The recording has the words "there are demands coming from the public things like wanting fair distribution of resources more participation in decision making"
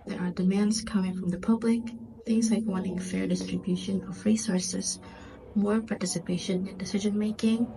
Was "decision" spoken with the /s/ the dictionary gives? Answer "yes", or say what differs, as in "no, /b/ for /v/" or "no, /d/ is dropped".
yes